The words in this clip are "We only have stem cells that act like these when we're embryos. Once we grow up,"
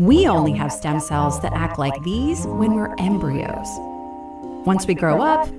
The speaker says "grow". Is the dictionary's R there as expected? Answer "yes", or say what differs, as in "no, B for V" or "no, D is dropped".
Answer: yes